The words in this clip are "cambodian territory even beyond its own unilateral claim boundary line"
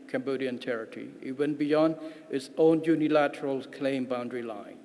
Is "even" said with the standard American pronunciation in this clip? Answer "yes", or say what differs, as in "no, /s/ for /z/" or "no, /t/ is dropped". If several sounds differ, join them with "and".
no, /w/ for /v/